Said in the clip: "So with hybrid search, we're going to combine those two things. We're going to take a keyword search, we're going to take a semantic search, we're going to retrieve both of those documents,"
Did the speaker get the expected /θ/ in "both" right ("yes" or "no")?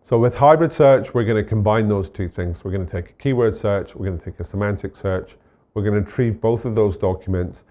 yes